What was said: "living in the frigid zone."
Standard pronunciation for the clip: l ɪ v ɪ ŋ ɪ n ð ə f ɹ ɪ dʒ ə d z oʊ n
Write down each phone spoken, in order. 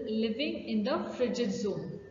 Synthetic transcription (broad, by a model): l ɪ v ɪ ŋ ɪ n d ə f ɹ ɪ dʒ ə d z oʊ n